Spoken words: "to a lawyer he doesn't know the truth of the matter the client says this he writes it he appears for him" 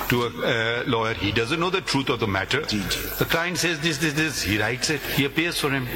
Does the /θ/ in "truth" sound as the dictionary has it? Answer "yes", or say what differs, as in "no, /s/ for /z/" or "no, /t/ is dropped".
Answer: no, /t/ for /θ/